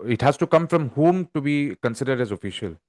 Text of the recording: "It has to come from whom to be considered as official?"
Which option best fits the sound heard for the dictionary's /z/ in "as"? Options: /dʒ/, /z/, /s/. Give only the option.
/z/